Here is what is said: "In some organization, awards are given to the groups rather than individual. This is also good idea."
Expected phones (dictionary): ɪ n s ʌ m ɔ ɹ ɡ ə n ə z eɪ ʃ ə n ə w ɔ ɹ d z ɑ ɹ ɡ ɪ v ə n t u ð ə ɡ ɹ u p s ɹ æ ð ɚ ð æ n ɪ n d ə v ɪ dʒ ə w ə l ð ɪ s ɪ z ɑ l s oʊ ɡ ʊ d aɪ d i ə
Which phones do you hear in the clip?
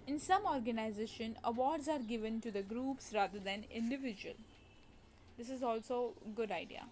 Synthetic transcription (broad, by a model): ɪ n s ʌ m ɔ ɹ ɡ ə n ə z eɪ ʃ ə n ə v ɔ ɹ d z ɑ ɹ ɡ ɪ v ə n t u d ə ɡ ɹ u p s ɹ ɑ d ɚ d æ n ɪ n d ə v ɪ dʒ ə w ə l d ɪ s ɪ z ɑ l s oʊ ɡ ʊ d aɪ d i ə